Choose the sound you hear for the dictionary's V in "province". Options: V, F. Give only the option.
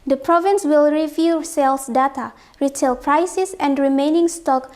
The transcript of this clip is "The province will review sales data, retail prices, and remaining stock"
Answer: V